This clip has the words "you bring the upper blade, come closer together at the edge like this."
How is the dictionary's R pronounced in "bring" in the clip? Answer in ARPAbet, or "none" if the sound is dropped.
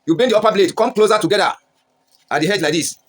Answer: none